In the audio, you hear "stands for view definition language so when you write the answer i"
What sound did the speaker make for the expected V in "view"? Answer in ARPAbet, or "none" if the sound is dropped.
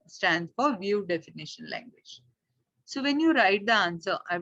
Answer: V